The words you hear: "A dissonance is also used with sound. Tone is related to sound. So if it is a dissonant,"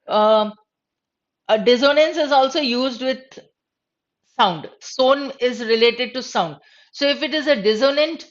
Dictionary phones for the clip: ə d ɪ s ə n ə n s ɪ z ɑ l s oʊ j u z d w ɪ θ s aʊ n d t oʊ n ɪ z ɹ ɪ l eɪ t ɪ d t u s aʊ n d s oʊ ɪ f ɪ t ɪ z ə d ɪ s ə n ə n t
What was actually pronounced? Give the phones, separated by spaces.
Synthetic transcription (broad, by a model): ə d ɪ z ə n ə n s ɪ z ɑ l s oʊ j u z d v ɪ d s aʊ n d s oʊ n ɪ z ɹ ɪ l eɪ t ɪ d t u s aʊ n d s oʊ ɪ f ɪ t ɪ z ə d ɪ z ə n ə n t